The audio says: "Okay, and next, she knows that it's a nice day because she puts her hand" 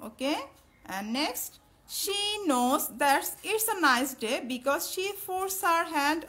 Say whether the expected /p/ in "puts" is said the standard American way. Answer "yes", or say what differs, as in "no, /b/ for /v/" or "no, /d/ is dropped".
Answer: no, /f/ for /p/